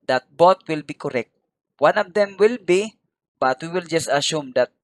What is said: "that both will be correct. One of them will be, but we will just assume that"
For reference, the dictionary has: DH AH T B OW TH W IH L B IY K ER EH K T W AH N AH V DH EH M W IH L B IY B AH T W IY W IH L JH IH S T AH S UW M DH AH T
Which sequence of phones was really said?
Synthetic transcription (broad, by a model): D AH T B OW T W IH L B IY K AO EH K T W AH N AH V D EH M W IH L B IY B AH T W IY W IH L JH IH S T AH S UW M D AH T